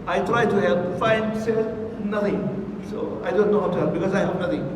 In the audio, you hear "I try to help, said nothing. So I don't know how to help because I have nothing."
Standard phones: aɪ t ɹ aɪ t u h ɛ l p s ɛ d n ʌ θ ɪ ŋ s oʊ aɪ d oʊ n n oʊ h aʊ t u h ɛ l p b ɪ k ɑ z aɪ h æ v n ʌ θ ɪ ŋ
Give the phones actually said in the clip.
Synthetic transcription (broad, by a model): aɪ t ɹ aɪ t u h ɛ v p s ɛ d n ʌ t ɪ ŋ s oʊ aɪ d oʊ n n oʊ h aʊ t u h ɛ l b ɪ k ɑ z aɪ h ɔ p n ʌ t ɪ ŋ